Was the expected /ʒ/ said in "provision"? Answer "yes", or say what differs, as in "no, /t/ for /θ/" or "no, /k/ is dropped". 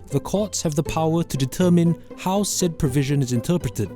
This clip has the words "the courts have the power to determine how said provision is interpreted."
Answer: yes